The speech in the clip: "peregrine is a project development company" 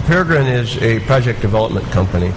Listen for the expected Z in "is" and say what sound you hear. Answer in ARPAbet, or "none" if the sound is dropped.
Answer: Z